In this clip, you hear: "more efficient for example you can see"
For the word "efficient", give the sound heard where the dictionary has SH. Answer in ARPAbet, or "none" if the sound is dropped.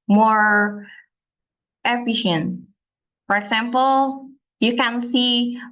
SH